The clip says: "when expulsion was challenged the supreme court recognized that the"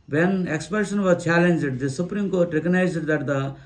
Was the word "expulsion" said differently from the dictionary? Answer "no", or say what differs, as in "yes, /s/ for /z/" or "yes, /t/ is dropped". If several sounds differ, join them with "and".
yes, /l/ is dropped